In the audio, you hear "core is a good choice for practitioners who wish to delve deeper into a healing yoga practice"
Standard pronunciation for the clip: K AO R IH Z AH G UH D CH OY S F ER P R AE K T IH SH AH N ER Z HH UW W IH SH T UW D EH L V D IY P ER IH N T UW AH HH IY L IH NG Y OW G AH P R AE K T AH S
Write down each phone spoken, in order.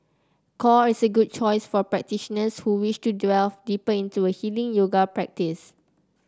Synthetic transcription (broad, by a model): K AO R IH S AH G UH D CH OY S F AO P R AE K T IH SH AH N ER S HH UW W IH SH T UW D EH L D IY P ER IH N T UW AH HH IY L IH NG Y OW G AH P R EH K T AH S